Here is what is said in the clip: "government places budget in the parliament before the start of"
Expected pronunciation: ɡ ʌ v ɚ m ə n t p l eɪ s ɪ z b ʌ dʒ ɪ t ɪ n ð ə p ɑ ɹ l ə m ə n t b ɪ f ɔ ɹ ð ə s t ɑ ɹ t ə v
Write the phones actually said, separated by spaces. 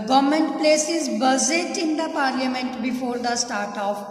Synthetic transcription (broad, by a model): ɡ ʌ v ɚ m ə n t p l eɪ s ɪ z b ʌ z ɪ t ɪ n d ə p ɑ ɹ l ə m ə n t b ɪ f ɔ ɹ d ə s t ɑ ɹ t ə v